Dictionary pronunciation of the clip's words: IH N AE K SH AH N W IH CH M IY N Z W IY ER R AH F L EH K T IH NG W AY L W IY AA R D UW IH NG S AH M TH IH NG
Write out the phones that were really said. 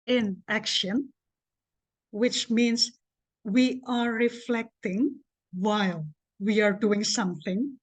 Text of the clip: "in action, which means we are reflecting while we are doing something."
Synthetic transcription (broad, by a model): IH N AE K SH AH N W IH CH M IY N S W IY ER R AH F L EH K T IH NG W AY L W IY AA R D UW IH NG S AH M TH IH NG